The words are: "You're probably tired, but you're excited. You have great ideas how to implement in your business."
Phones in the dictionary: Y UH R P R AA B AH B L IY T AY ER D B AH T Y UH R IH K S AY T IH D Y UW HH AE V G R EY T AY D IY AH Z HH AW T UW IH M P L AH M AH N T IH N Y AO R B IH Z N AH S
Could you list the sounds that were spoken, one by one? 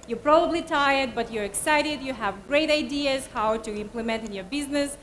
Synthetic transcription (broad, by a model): Y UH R P R AA B AH B L IY T AY ER D B AH T Y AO R IH K S AY T IH D Y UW HH AE V G R EY T AY D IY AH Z HH AW T UW IH M P L AH M AH N T IH N Y AO R B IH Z N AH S